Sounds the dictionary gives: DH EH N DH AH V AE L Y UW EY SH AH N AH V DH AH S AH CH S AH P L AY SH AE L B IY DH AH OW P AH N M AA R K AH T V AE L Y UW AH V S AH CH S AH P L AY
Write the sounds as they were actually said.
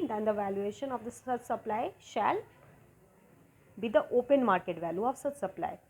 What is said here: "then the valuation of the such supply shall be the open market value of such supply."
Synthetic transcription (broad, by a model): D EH N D AH V AE L Y UW EY SH AH N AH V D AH S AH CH S AH P L AY SH AE L B IY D AH OW P AH N M AA R K AH T V AE L Y UW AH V S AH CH S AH P L AY